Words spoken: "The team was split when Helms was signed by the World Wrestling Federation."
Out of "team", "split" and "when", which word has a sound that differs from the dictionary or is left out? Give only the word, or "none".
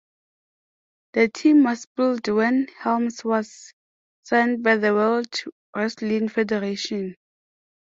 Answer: split